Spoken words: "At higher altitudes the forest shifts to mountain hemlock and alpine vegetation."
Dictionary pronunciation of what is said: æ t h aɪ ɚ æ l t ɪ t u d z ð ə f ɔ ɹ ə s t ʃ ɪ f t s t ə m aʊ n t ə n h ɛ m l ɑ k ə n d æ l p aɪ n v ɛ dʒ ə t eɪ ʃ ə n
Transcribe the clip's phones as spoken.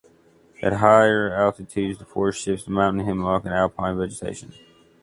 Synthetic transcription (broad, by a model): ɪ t h aɪ ɚ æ l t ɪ t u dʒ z ð ə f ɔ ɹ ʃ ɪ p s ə m aʊ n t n h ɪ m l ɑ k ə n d æ l p aɪ n v ɛ dʒ ə t eɪ ʃ ə n